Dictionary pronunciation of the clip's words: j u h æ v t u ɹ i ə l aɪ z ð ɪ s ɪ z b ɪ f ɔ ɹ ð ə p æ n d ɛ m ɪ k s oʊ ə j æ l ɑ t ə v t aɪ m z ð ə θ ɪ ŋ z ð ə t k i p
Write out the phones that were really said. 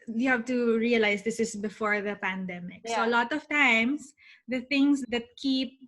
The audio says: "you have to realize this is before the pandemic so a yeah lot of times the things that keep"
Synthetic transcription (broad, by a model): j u h æ v t u ɹ i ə l aɪ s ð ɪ s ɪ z b ɪ f ɔ ɹ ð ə p æ n d ɛ m ɪ k s oʊ ə l ɑ t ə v t aɪ m s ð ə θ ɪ ŋ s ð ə t k i p